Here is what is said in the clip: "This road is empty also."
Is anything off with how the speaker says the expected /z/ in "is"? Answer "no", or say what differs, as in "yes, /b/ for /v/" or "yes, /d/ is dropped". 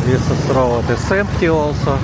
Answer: yes, /s/ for /z/